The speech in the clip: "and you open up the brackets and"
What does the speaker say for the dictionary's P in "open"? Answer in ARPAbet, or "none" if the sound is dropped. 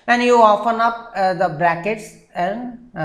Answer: F